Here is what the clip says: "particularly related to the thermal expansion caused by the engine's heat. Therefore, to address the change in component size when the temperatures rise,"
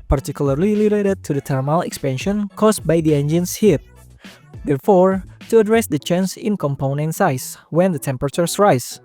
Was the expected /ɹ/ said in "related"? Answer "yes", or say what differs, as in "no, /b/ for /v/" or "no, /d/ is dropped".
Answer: no, /l/ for /ɹ/